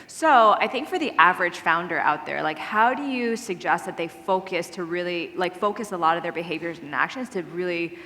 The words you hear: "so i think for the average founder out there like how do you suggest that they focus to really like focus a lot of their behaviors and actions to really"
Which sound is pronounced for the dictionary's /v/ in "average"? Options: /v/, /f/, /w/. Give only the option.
/v/